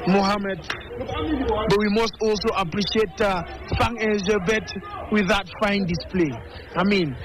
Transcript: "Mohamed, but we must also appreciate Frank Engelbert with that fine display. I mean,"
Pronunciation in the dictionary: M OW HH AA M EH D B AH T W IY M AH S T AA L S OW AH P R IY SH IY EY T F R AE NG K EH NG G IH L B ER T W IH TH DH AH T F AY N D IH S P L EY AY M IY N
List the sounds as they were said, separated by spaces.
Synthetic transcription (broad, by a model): M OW HH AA M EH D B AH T W IY M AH S T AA L S OW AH P R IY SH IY EY T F AA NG EH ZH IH B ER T W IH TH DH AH T F AY N D IH S P L EY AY M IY N